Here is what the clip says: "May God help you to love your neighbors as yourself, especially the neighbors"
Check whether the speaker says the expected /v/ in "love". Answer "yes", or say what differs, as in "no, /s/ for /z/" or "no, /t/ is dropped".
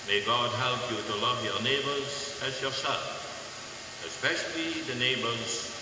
yes